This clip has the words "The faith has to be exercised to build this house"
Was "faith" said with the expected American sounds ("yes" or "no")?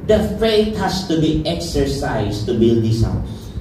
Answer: no